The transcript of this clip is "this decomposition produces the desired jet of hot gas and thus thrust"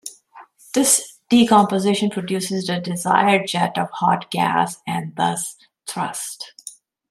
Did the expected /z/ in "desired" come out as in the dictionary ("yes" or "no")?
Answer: yes